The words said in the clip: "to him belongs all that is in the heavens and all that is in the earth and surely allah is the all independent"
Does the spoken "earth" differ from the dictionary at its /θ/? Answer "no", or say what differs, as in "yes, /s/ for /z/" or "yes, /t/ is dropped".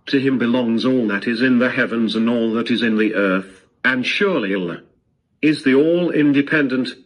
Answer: no